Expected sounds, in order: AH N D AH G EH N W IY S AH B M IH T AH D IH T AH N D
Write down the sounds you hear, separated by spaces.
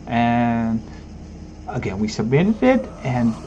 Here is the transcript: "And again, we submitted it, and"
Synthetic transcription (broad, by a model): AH N AH G EH N W IY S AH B IH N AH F IH T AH N